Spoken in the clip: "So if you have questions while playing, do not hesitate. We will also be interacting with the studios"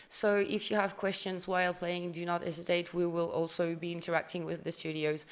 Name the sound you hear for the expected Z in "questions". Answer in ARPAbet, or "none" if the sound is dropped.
Z